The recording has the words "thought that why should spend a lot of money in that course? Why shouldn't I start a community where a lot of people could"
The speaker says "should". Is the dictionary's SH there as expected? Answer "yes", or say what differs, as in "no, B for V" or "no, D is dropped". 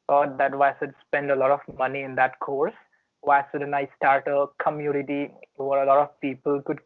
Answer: no, S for SH